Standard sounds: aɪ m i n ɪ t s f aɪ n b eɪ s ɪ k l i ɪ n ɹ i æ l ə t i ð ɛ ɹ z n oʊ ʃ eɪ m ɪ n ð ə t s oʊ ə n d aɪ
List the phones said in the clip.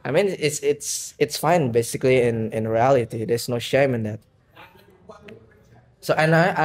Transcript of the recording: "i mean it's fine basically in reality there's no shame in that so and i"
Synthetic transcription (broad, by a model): aɪ m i n ɪ t s f aɪ n b eɪ s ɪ k l i ɪ n ɹ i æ l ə t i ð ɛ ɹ s n oʊ ʃ eɪ m ɪ n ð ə t s oʊ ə n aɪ